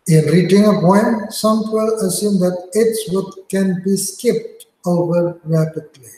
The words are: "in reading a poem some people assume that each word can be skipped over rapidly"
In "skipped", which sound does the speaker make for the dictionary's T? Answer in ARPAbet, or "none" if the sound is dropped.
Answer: T